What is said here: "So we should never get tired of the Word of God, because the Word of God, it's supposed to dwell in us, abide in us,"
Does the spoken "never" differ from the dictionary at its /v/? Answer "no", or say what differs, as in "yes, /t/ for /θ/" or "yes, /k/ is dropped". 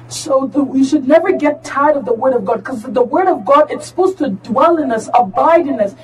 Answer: no